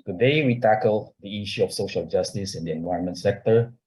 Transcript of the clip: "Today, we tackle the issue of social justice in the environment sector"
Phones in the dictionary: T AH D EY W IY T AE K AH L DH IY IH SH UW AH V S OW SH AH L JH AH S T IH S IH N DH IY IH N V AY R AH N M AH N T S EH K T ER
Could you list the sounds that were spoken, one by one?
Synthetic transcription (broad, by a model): T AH D EY W IY T AE K AH L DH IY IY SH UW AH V S OW SH AH L JH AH S T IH S IH N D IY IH N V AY AH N M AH N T S EH K T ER